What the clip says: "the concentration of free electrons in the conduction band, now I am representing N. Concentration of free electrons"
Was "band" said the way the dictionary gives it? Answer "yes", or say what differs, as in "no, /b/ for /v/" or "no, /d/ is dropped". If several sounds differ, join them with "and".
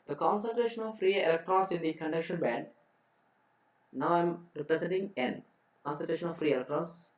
no, /n/ is dropped